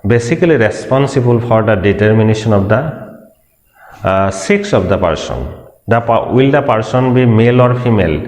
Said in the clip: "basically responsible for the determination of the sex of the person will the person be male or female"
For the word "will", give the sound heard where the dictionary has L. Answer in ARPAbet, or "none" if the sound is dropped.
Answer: L